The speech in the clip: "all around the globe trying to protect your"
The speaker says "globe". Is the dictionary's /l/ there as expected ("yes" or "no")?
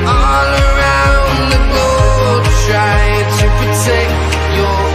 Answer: no